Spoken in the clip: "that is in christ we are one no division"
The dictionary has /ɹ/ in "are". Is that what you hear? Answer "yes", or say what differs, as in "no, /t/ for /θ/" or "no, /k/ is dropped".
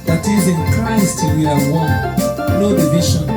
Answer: no, /l/ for /ɹ/